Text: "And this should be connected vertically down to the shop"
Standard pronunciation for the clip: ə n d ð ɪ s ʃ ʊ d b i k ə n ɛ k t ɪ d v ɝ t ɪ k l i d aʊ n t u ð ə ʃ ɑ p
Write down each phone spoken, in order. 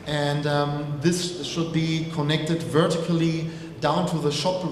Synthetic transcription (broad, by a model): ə n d ð ɪ s ʃ ʊ d b i k ə n ɛ k t ɪ d v ɝ t ɪ k l i d aʊ n t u ð ə ʃ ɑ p